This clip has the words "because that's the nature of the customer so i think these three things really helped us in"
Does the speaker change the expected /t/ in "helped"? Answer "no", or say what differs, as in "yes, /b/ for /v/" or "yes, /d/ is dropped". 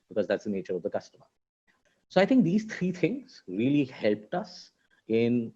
no